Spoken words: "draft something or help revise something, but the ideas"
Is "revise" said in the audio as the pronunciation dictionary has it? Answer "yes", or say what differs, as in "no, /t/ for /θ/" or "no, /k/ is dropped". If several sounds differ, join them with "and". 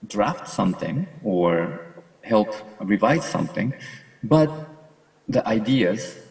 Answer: yes